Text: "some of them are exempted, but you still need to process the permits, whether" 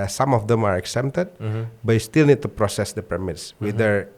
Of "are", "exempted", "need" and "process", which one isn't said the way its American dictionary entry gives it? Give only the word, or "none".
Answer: exempted